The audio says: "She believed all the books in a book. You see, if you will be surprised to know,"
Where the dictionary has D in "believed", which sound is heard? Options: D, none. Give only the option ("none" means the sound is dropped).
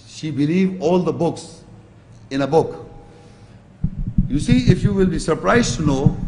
none